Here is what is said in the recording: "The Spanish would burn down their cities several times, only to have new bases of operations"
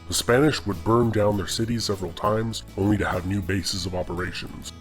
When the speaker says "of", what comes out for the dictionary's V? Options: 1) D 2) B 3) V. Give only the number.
3